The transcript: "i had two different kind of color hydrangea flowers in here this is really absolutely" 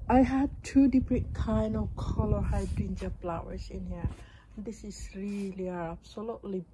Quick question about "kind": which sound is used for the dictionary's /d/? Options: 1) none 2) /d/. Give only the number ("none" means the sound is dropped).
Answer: 1